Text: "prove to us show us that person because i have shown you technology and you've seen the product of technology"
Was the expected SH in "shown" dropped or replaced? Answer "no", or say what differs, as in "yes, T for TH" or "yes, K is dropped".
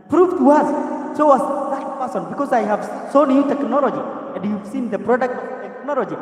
yes, S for SH